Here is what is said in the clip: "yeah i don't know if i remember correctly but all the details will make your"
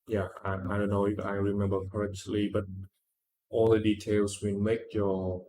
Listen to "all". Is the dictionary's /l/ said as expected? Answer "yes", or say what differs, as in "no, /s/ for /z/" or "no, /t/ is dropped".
yes